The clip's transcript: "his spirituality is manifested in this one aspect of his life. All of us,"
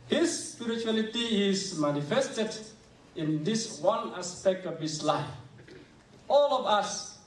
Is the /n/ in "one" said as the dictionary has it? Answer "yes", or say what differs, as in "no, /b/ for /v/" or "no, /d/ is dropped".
yes